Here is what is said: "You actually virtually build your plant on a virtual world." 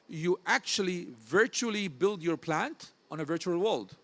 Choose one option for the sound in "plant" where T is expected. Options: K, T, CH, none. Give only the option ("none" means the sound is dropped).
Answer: T